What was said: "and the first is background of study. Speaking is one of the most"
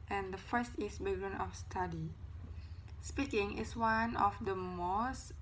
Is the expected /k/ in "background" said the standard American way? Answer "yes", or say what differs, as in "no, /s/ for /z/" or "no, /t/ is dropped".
no, /k/ is dropped